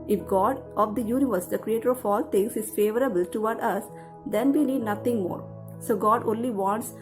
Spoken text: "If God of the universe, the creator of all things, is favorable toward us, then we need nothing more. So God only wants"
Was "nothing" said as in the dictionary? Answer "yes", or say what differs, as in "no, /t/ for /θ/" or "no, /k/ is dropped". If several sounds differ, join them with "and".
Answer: no, /t/ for /θ/